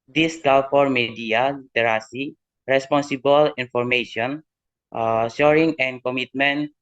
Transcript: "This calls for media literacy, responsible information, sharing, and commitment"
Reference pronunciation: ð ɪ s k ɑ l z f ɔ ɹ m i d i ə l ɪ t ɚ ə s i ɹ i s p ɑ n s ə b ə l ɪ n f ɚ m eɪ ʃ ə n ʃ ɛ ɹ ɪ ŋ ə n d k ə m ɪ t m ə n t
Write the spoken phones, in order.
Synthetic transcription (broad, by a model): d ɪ s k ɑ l f ɔ ɹ m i d i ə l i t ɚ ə s i ɹ i s p ɑ n s ə b ə l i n f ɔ m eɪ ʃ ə n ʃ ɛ ɹ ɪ ŋ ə n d k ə m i t m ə n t